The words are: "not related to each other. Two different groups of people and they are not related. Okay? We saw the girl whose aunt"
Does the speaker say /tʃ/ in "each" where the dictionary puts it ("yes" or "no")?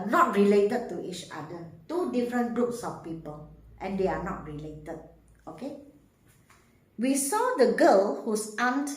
yes